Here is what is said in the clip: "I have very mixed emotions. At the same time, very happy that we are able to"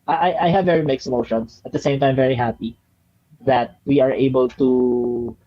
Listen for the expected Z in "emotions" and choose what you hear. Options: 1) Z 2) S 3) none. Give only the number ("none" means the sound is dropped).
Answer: 2